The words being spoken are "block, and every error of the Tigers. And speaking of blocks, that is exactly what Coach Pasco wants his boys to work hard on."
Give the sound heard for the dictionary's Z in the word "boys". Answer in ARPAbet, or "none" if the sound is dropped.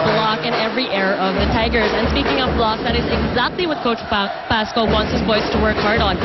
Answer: S